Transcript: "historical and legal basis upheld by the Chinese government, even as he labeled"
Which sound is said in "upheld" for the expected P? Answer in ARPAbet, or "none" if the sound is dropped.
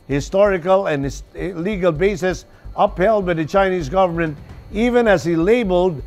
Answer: P